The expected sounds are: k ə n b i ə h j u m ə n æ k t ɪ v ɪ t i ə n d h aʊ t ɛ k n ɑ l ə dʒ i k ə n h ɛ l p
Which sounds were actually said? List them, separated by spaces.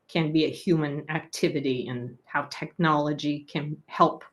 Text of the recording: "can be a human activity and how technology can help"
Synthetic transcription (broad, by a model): k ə n b i ə h j u m ə n æ k t ɪ v ɪ t i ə n h aʊ t ɛ k n ɑ l ə dʒ i k ə n h ɛ l p